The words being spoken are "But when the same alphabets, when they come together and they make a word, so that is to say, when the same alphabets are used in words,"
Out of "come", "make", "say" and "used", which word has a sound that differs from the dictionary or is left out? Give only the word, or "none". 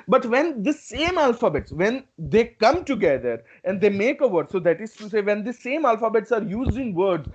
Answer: used